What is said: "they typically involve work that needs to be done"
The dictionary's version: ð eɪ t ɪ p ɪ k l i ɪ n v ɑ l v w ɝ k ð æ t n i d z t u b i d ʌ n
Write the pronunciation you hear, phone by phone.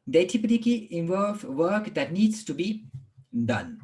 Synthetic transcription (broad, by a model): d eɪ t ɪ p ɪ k i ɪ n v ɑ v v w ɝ k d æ t n i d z t u b i d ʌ n